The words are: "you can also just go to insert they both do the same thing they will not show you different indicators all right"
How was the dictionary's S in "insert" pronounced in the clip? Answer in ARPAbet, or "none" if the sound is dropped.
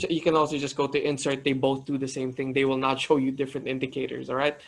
S